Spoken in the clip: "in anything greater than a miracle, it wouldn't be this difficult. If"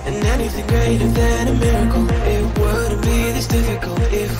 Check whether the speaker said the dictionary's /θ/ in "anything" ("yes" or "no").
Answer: yes